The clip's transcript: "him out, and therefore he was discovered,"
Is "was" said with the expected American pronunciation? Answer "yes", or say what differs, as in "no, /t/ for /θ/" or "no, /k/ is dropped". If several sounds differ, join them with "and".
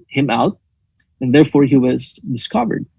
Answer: yes